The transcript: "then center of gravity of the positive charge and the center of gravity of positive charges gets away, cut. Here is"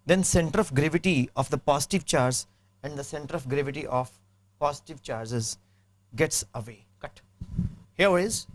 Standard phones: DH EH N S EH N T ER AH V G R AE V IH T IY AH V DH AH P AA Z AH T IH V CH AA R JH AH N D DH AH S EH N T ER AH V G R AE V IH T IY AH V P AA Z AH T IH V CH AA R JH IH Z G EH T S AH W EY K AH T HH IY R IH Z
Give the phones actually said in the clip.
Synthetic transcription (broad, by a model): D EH N S EH N T ER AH F G R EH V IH T IY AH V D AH P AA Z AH T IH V CH AA R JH AH N D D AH S EH N T ER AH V G R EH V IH T IY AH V P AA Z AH T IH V CH AA R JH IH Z G EH T S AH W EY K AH T HH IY W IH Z